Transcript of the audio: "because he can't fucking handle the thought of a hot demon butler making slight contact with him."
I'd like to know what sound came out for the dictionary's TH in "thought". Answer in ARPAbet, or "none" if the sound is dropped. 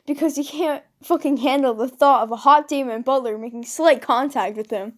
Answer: TH